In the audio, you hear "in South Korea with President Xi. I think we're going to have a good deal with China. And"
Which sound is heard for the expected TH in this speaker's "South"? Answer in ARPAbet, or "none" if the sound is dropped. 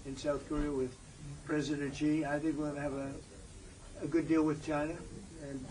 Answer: TH